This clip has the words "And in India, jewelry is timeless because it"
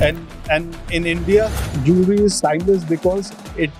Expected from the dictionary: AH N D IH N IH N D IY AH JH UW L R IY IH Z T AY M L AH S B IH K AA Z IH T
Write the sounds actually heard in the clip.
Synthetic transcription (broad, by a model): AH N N IH N IH N D IY AH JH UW R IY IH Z S AY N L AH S B IH K AA Z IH T